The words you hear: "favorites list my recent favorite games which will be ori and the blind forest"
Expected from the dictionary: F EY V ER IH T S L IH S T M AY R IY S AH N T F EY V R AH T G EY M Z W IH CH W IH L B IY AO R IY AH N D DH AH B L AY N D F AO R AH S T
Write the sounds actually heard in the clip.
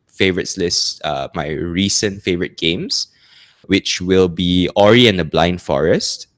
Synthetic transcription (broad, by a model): F EY V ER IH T S L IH S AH M AY R IY S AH N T F EY V R AH T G EY M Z W IH CH W IH L B IY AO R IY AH N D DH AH B L AY N D F AO R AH S T